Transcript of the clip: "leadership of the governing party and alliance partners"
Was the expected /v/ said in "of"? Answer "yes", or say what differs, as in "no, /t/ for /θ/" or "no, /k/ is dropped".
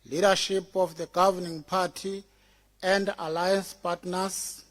no, /f/ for /v/